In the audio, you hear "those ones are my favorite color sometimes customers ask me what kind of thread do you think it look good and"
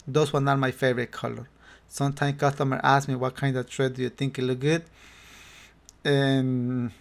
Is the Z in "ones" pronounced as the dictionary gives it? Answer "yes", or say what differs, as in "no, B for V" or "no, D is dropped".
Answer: no, Z is dropped